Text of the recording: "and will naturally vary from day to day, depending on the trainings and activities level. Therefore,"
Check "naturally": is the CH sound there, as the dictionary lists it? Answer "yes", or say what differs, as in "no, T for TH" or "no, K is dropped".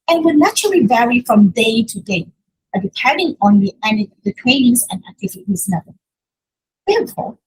yes